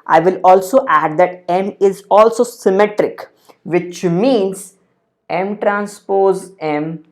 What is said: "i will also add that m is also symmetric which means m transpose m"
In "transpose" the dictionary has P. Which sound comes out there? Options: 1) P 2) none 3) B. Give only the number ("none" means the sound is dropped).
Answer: 1